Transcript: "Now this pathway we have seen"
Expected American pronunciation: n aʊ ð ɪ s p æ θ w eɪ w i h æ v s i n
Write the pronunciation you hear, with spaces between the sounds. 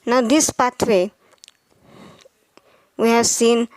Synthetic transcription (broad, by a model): n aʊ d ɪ s p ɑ t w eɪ w i h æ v s i n